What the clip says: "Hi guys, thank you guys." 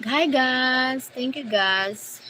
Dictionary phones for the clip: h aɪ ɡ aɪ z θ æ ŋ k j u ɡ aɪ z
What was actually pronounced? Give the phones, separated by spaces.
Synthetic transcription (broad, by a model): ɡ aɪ ɡ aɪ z t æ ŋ k j u ɡ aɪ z